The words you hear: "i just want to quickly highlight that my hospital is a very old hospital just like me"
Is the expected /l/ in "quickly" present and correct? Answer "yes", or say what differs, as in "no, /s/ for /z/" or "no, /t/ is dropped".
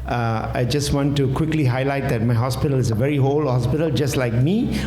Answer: yes